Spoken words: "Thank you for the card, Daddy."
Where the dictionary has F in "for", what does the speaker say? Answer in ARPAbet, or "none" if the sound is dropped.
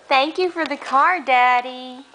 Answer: F